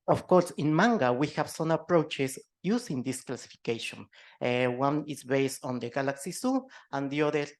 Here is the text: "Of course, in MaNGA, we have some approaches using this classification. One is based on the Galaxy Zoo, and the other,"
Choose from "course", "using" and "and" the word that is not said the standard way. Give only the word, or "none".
using